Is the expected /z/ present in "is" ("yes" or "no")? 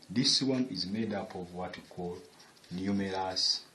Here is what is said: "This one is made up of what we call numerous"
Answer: yes